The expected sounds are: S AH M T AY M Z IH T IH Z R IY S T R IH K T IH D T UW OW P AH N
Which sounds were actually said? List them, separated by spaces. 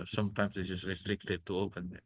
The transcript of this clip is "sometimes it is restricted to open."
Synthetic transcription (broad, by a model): S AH M T AY M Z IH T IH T R IY S T R IH K T IH D T UW OW P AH N